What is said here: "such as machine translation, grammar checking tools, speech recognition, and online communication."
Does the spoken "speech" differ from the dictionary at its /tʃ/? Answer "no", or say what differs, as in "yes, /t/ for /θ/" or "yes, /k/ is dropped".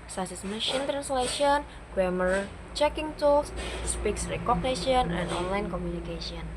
yes, /s/ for /tʃ/